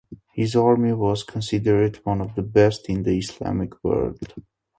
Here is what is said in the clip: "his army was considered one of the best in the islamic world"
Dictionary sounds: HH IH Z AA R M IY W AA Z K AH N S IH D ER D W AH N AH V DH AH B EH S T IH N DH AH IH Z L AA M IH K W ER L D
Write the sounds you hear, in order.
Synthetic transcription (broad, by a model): HH IH Z AA R M IY W AA Z K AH N S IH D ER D W AH N AH V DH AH B EH S T IH N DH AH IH S L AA M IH K W ER L D